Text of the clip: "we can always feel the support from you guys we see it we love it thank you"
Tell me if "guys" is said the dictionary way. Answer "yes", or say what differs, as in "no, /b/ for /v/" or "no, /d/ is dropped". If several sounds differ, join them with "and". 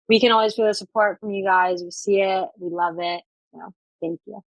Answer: yes